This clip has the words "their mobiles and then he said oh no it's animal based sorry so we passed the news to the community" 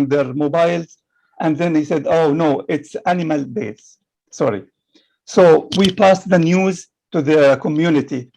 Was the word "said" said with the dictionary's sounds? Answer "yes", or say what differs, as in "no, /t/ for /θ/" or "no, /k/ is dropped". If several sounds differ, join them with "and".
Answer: yes